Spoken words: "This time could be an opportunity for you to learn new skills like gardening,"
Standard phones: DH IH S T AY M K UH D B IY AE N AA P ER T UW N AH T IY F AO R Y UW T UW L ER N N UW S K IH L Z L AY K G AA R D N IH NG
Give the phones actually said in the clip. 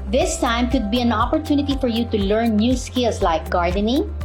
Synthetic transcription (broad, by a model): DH IH S T AY M K UH D B IY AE N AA P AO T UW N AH T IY F AO R Y UW T UW L ER N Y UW S K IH L S L AY K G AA R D N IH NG